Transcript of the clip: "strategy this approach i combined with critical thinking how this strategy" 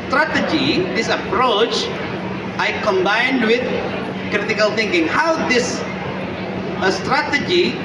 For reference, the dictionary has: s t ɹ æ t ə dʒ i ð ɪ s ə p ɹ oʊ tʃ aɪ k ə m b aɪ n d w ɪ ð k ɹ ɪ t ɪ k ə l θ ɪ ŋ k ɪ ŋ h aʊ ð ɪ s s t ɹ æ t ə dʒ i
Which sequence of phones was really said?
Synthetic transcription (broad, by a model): s t ɹ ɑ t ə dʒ i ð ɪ s ə p ɹ oʊ tʃ aɪ k ə m b aɪ n d w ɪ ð k ɹ ɪ t ɪ k ə l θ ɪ ŋ k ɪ ŋ h aʊ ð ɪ s s t ɹ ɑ t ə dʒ i